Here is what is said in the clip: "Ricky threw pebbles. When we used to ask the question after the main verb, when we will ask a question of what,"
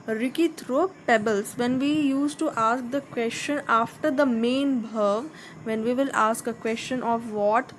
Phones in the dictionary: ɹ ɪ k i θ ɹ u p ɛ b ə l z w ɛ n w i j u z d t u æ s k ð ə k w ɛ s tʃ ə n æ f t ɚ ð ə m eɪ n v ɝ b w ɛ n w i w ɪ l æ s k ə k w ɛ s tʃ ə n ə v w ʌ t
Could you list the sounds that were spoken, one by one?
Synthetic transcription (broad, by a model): ɹ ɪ k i t ɹ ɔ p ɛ b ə l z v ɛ n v i j u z t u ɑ s k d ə k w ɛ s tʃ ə n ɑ f t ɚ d ə m eɪ n b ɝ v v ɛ n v i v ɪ l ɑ s k ə k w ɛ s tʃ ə n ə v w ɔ t